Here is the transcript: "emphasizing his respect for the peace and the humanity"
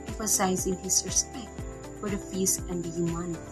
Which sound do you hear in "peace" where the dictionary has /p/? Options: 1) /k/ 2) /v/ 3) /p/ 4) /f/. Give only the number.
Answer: 4